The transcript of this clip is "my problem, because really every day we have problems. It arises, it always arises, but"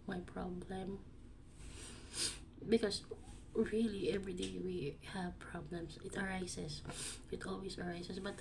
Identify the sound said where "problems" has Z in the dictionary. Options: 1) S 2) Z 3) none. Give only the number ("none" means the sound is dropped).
1